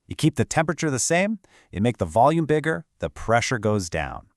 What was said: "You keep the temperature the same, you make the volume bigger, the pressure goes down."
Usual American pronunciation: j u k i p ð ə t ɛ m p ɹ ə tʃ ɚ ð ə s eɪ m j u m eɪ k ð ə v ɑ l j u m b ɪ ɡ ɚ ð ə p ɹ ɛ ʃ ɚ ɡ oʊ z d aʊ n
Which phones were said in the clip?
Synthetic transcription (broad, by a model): j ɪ k i p ð ə t ɛ m p ɹ ə tʃ ɚ ð ə s eɪ m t m eɪ k ð ə v ɑ l j u m b ɪ ɡ ɚ ð ə p ɹ ɛ ʃ ɚ ɡ oʊ z d aʊ n